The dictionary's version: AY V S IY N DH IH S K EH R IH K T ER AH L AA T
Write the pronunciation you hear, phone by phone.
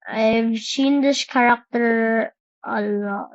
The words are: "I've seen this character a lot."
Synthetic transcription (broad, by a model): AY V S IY N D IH SH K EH R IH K T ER AH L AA